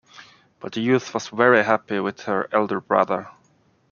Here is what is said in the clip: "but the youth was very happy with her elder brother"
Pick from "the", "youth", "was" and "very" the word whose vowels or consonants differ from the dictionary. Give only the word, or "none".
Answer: none